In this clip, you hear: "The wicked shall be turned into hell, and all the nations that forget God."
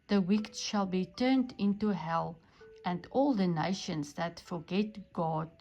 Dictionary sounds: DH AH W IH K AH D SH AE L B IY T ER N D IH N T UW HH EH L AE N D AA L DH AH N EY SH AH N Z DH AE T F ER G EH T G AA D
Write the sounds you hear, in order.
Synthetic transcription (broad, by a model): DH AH W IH K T SH AE L B IY T ER N D IH N T UW HH EH L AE N D AA L DH AH N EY SH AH N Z DH AE T F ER G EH T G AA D